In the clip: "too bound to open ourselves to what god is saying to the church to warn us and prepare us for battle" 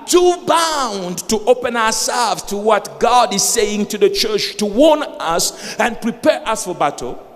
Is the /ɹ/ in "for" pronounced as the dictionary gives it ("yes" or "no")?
yes